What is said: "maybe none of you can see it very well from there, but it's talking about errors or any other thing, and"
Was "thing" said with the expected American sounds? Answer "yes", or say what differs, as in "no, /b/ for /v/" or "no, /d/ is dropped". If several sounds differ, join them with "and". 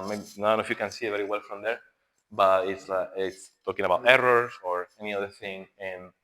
yes